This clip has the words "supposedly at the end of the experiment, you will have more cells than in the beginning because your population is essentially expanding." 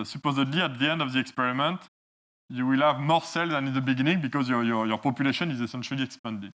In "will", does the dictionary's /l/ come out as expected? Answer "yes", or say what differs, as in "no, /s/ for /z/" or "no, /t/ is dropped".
yes